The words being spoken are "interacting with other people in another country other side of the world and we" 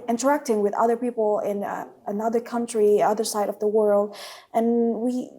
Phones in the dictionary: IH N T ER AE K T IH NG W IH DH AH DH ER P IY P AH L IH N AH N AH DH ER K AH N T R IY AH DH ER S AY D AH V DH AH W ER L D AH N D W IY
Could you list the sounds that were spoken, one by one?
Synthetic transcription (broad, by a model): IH N T ER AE K T IH NG W IH DH AH DH ER P IY P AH L IH N AH N AH DH ER K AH N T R IY AH DH ER S AY D AH V DH AH W ER L D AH N W IY